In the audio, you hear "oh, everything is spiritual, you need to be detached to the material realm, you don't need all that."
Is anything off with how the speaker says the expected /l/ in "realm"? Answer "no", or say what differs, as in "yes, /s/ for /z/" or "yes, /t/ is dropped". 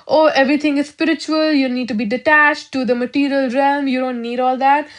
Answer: no